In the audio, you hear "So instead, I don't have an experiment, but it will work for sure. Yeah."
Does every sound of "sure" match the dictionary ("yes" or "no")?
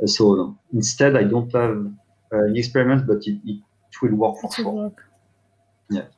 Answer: no